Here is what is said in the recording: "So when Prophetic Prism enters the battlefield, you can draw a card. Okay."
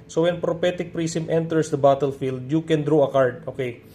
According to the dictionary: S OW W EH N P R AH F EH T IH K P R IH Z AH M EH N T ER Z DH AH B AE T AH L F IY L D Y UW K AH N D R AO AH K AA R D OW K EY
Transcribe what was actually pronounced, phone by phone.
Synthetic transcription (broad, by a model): S OW W EH N P R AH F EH T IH K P R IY S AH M EH N T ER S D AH B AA T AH L F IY L D Y UW K AH N D R AO AH K AA R D OW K EY